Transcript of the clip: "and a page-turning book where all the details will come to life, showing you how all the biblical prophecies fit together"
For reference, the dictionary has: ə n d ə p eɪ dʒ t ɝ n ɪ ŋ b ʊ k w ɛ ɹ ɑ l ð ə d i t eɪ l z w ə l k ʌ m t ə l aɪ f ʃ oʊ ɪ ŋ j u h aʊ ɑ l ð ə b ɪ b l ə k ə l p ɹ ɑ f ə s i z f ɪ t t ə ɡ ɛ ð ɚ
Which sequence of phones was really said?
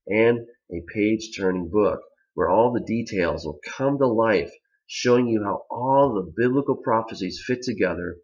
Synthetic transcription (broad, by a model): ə n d ə p eɪ dʒ t ɝ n ɪ ŋ b ʊ k w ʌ ɹ ɑ l ð ə d i t eɪ l z w ə l k ʌ m t ə l aɪ f ʃ oʊ ɪ ŋ j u h aʊ ɑ l ð ə b ɪ b l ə k l p ɹ ɑ f ə s i z f ɪ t t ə ɡ ɛ ð ɚ